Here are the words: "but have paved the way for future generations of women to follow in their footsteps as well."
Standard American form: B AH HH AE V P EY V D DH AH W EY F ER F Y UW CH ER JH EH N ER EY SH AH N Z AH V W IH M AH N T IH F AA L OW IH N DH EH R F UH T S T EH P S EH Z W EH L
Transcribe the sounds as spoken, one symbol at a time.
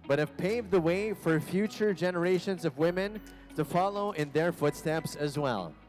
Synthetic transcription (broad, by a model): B AH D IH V P EY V DH AH W EY F ER F Y UW CH ER JH EH N ER EY SH AH N Z AH V W IH M AH N T IH F AA L OW IH N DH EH R F UH T S T EH P S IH Z W EH L